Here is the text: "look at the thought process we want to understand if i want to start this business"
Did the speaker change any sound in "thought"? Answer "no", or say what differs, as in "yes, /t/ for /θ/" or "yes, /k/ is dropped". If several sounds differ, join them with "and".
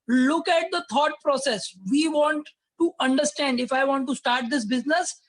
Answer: yes, /t/ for /θ/